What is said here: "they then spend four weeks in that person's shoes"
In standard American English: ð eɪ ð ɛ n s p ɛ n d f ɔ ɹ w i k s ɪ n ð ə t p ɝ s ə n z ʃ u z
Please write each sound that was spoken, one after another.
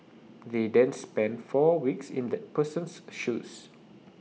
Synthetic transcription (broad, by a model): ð eɪ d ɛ n s p ɛ n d f ɔ w i k s ɪ n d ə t p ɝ s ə n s ʃ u s